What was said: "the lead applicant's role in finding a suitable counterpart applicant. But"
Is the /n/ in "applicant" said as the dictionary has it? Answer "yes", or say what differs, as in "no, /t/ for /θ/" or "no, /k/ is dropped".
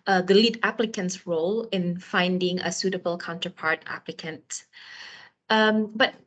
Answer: yes